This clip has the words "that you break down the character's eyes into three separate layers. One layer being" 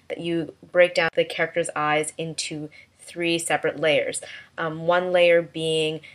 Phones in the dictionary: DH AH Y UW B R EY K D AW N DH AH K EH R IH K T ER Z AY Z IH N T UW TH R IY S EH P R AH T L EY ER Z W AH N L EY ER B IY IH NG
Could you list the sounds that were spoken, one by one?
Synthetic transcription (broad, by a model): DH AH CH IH B R EY K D AW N DH AH K EH R IH K T ER Z AY Z IH N T UW TH R IY S EH P R AH T L EY ER Z W AH N L EY ER B IY IH NG